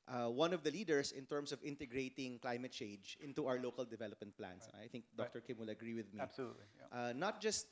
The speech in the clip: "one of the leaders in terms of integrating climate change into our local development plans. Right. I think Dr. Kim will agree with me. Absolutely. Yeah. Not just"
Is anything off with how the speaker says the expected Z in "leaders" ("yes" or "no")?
yes